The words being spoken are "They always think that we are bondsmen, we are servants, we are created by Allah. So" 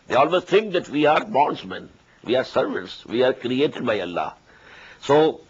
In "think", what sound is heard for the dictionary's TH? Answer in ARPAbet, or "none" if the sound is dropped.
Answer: T